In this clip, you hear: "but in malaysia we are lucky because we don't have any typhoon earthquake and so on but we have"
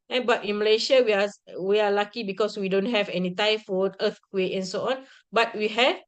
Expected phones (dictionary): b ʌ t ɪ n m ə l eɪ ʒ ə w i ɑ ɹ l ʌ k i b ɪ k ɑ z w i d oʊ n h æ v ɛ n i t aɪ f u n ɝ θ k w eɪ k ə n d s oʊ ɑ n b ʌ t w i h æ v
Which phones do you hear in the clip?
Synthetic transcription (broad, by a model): b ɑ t ɪ n m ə l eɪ ʃ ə w i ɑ w l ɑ k i b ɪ k ɑ s w i d oʊ n h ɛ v ɛ n i t aɪ f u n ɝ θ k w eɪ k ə n s oʊ ɑ n b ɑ t w i h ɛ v